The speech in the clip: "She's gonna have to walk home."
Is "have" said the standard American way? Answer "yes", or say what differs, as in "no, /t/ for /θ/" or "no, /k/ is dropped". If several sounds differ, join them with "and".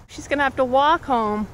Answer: no, /f/ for /v/